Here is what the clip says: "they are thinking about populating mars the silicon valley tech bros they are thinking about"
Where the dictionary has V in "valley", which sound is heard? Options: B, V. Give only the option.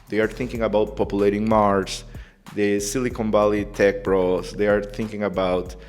B